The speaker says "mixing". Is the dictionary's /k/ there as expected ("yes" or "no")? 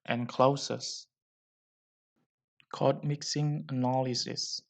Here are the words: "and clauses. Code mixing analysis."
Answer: yes